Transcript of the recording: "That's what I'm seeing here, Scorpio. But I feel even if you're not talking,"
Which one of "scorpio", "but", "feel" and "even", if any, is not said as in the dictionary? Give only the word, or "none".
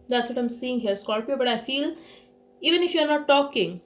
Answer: scorpio